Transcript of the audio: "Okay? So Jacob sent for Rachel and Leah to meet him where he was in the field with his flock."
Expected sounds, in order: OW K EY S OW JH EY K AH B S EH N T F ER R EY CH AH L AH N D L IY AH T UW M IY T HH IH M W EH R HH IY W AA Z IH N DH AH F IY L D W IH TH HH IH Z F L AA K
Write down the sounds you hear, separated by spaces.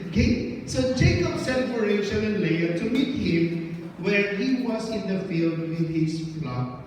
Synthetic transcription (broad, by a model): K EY S OW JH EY K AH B S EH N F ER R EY SH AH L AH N L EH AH T UW M IY T HH IH M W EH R HH IY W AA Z IH N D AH F IY L D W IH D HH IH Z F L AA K